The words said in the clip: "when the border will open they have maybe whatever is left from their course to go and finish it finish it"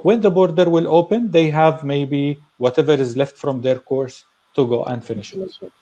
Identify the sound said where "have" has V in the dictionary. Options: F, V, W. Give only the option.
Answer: V